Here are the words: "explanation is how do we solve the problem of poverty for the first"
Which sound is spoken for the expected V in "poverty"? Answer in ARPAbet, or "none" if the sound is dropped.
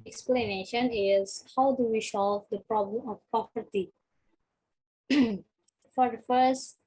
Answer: P